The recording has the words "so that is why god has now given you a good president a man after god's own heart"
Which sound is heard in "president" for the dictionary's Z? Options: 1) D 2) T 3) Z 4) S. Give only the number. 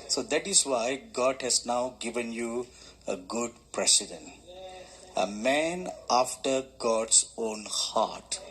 4